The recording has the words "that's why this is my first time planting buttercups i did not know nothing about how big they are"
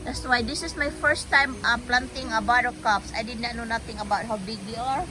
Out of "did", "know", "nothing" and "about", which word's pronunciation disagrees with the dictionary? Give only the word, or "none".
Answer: nothing